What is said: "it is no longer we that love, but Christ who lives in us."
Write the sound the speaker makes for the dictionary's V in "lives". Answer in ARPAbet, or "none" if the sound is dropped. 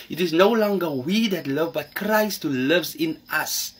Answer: V